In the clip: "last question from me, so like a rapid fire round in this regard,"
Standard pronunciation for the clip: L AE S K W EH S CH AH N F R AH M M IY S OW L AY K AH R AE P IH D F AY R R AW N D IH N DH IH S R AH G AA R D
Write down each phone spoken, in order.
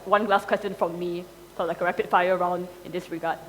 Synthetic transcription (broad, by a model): L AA S K W EH S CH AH N F R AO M M IY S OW L AY K AH R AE P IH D F AY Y R AW N D IH N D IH S R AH G AA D